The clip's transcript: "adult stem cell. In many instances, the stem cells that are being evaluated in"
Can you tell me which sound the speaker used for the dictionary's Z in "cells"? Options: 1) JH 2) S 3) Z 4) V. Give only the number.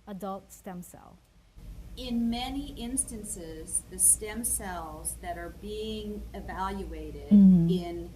3